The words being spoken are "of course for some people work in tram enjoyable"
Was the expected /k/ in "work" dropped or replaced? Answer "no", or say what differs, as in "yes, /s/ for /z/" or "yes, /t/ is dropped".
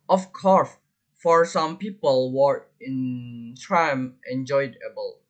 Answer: yes, /k/ is dropped